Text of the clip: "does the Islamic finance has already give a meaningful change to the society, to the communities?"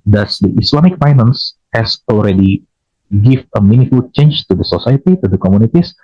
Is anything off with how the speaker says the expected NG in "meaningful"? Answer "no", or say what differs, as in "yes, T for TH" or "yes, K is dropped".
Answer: yes, NG is dropped